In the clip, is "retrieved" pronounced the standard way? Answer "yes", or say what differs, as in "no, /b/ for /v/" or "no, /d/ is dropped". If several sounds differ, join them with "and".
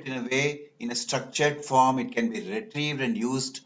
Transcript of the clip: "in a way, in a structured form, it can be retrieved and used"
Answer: yes